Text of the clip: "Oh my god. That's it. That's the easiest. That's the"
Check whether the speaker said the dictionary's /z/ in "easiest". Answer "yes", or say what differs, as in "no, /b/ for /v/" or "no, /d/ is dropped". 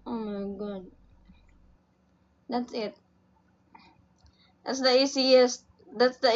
no, /s/ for /z/